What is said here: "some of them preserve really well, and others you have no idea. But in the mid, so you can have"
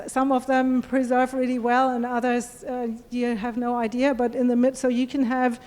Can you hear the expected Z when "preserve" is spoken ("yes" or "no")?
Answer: yes